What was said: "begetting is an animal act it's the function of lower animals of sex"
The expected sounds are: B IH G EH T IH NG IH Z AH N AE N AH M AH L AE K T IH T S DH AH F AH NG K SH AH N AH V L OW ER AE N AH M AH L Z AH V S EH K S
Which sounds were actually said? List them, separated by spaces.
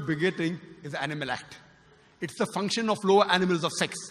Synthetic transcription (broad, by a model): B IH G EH T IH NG IH Z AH AE N AH M AH L AE K T IH T S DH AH F AH NG K SH AH N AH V L OW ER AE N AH M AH L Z AH V S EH K S